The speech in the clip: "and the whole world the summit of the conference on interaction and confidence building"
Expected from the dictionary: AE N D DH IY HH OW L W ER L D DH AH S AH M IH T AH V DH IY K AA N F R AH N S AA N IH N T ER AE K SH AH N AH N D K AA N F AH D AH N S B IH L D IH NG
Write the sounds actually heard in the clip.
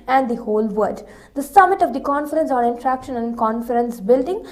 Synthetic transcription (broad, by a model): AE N D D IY HH OW L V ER D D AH S AH M IH T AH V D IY K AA N F R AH N S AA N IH N T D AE K SH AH N AH N D K AA N F AH D AH N S B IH L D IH NG